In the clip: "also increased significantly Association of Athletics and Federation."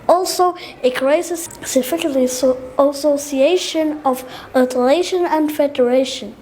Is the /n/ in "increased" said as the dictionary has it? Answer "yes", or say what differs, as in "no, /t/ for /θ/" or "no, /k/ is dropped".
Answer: no, /n/ is dropped